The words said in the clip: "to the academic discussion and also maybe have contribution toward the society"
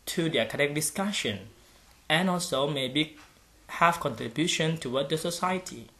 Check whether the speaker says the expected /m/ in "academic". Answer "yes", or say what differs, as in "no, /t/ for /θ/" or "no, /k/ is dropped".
no, /m/ is dropped